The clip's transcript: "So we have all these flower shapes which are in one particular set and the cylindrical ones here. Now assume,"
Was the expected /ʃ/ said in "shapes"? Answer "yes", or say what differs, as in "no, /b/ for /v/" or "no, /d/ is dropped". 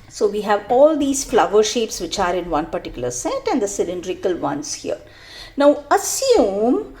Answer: yes